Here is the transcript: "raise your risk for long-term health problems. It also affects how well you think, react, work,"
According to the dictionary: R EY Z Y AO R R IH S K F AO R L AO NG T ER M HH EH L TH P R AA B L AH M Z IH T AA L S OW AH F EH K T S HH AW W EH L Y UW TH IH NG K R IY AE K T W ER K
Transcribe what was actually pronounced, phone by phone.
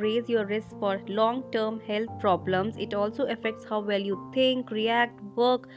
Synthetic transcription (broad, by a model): R EY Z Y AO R R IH S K F AO R L AO NG T ER M HH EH L T P R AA B L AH M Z IH T AA L S OW AH F EH K T S HH AW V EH L Y UW T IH NG K R IY AE K T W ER K